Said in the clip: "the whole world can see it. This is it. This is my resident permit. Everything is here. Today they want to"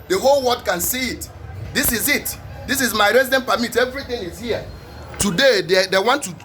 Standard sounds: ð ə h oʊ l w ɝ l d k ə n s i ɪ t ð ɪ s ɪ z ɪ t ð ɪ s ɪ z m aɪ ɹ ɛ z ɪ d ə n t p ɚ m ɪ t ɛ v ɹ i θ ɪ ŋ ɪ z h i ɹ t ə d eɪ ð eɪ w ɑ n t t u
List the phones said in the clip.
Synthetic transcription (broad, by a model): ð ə h oʊ l w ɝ d k ə n s i ɪ t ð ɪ s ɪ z ɪ t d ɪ s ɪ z m aɪ ɹ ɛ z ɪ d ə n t p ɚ m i t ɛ v ɹ i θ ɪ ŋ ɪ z h i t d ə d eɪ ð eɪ w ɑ n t t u